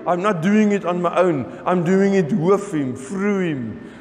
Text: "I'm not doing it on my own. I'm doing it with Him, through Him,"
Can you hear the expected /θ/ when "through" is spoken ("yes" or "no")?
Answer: no